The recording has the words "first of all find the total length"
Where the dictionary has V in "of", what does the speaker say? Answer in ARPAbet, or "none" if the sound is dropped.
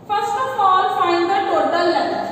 P